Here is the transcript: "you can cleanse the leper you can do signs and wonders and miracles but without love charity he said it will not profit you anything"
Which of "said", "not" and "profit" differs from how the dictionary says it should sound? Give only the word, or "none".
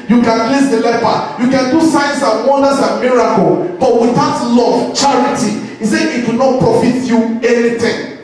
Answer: said